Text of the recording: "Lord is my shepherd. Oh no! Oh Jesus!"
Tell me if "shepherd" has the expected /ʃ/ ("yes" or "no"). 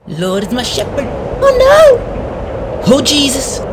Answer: yes